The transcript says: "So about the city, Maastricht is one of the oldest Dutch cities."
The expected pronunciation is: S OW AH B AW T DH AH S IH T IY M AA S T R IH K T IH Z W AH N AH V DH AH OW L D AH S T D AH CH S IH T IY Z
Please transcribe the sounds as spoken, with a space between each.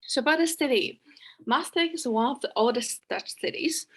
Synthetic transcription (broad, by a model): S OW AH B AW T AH S IH T IY M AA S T IH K IH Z W AH N AH V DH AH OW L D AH S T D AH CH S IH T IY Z